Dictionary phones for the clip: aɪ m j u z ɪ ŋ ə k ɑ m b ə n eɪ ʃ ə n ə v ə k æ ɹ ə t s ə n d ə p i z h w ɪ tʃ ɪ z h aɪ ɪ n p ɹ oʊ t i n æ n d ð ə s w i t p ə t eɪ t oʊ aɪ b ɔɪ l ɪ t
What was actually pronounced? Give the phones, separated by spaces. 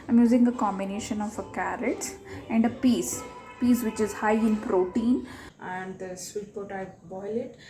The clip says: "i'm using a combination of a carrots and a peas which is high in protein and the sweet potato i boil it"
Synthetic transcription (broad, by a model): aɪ m j u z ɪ ŋ ə k ɑ m b ə n eɪ ʃ ə n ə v ə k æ ɹ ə t ə n d ə p i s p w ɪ tʃ ɪ z h aɪ ɪ n p ɹ oʊ t i n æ n d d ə s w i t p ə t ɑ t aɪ b ɔɪ l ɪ t